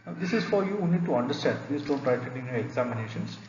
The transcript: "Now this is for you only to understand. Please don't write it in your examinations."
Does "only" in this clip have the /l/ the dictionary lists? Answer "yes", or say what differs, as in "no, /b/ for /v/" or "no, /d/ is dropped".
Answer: no, /l/ is dropped